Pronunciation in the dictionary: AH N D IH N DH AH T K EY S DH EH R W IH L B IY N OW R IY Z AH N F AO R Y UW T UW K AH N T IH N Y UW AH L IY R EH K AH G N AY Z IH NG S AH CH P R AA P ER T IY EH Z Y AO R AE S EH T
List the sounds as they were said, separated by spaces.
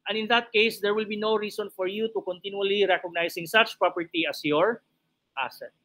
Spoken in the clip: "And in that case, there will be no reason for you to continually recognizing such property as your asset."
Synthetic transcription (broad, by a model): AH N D IH N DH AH T K EY S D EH R W IH L B IY N OW R IY S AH N F AO R Y UW T UW K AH N T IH N Y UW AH L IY R EH K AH G N AY S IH NG S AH CH P R AA P ER T IY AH S Y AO R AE S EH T